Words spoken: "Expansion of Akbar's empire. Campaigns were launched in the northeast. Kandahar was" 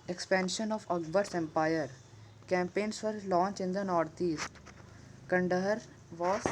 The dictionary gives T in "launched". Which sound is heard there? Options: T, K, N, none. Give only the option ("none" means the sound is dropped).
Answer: none